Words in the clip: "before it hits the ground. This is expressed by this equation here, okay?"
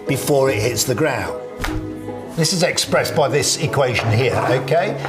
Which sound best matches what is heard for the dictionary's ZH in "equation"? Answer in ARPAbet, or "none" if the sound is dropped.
ZH